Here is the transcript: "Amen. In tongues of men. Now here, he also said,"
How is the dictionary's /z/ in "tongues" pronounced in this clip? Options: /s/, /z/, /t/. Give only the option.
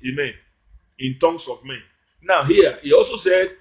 /s/